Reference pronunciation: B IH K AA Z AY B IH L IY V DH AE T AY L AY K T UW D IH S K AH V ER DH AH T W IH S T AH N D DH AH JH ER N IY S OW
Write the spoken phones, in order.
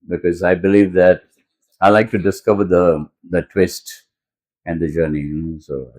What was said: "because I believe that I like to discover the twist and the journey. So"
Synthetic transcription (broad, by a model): B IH K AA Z AY B IH L IY V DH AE T AY L AY K T UW D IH S K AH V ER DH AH T W IH S T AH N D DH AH JH ER N IY S OW